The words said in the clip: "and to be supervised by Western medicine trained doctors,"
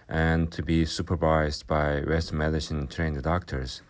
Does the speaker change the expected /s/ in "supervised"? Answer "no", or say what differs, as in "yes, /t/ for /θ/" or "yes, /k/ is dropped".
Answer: no